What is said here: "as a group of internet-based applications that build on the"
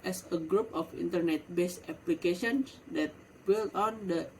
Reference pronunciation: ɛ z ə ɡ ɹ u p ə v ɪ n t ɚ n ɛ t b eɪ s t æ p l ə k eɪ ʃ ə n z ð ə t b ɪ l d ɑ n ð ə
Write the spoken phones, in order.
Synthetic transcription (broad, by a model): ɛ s ə ɡ ɹ u p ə f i n t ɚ n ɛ t b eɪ s ɛ p l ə k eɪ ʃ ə n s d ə t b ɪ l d ɑ n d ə